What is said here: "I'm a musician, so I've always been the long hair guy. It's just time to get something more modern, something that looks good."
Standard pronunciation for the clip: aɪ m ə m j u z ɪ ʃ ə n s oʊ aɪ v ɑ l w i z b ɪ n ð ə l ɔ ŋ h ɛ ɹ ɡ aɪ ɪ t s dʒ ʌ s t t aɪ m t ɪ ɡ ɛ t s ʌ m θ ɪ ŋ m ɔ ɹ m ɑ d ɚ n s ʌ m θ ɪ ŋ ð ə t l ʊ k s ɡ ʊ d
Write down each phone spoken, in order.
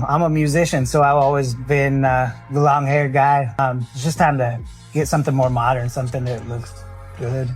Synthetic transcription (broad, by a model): aɪ m ə m j u z ɪ ʃ ə n s oʊ aɪ v ɑ l w i z b ɪ n ð ə l ɔ ŋ h ɛ ɹ ɡ aɪ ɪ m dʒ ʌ s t t aɪ m t ɪ ɡ ɛ t s ʌ m θ ɪ ŋ m ɔ ɹ m ɑ d ɚ n s ʌ m θ ɪ ŋ ð ə t l ʊ k s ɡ ʊ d